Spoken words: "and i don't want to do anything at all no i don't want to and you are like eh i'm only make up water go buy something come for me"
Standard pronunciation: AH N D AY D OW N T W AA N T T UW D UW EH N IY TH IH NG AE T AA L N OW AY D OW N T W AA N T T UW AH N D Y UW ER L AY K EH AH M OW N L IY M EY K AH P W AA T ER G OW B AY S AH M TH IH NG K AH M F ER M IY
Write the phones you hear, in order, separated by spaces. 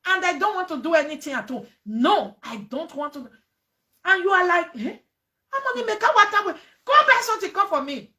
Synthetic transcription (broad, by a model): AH N D AY D OW N T W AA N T T UW D UW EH N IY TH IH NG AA T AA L N OW AY D OW N T W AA N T T UW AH N Y UW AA L AY K EH AH M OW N IY M EY K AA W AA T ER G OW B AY S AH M T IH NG K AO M F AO M IY